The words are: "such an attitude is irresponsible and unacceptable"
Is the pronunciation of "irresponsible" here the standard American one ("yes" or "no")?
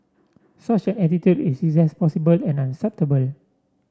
no